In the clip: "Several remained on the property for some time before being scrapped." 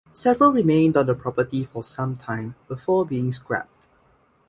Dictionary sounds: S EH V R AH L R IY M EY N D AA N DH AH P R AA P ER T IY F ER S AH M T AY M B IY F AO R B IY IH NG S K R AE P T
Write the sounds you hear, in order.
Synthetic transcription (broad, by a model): S EH V R AH L R IY M EY N D AA N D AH P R AA P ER T IY F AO S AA M T AY M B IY F AO B IY IH NG S K R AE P T